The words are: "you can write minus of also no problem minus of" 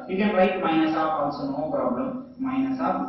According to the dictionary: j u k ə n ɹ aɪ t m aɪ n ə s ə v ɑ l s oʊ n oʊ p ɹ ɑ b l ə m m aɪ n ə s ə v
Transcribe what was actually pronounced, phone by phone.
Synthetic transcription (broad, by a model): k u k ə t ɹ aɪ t m aɪ n ə s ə f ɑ n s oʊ n oʊ p ɹ ɑ b l ə m m aɪ n ə s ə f